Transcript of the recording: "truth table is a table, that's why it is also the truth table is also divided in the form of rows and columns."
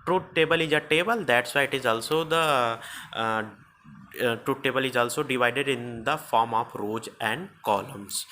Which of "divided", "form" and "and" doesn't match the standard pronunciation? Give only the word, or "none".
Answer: none